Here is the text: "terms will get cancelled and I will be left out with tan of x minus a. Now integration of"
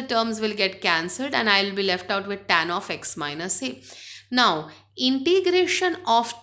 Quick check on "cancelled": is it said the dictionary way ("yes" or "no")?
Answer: yes